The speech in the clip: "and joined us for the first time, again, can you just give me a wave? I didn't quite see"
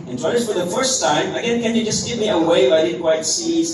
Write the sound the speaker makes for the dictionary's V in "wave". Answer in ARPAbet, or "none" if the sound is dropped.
F